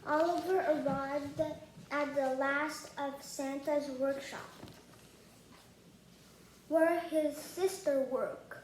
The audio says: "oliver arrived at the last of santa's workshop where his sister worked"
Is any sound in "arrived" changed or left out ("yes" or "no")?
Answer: no